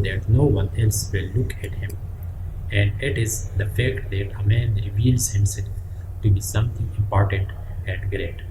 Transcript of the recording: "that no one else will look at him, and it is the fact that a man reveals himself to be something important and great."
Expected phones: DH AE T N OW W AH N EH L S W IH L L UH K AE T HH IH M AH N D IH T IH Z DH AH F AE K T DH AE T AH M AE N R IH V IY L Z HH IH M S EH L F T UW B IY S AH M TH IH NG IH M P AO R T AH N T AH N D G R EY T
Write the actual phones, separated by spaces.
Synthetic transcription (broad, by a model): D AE T N OW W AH N EH L S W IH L L UH K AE T HH IH M AH N D IH T IH Z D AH F AE K T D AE T AH M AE N R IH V IY L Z HH IH M S EH L F T UW B IY S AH M T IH NG IH M P AO R T AH N T AH N D G R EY T